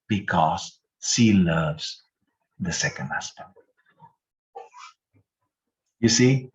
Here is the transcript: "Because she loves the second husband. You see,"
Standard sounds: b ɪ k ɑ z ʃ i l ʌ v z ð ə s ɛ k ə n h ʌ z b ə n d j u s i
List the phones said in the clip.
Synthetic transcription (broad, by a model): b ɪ k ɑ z s i l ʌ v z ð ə s ɛ k ə n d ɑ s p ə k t j u s i